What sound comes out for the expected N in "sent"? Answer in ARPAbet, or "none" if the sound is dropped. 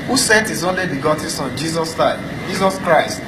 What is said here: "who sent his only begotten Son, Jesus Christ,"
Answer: none